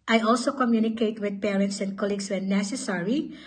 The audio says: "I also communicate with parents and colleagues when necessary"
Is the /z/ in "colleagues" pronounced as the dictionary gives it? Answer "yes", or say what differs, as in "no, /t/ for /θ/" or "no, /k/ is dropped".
no, /s/ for /z/